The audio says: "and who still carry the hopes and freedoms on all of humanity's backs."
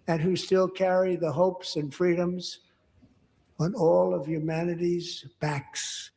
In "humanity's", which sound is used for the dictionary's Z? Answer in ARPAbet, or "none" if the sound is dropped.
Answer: Z